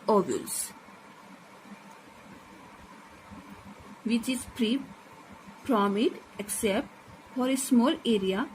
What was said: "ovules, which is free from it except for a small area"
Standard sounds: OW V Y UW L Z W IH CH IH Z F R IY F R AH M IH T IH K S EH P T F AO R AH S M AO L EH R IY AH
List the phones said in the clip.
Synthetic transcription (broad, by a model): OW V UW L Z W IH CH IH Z P R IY P R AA M IH T IH K S EH P T F AO R AH S M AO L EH R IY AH